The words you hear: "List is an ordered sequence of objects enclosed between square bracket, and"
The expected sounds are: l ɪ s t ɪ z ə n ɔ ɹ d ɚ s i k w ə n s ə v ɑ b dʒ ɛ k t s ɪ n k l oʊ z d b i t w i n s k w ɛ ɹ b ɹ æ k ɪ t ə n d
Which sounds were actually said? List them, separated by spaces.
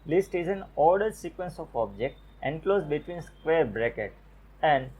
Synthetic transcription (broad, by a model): l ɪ s t ɪ z ə n ɔ ɹ d ɚ s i k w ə n s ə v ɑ b dʒ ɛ k t ɪ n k l oʊ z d b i t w i n s k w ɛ ɹ b ɹ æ k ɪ t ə n d